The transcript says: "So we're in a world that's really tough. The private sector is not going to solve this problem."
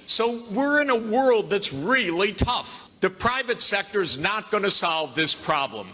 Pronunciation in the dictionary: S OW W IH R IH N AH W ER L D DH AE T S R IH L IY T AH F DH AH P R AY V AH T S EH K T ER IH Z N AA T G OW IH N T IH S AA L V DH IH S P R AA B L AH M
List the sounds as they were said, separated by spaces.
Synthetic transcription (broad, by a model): S OW W IH R IH N AH W ER L D DH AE T S R IH L IY T AH F DH AH P R AY V AH T S EH K T ER IH Z N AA T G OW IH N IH S AA L V DH IH S P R AA B L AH M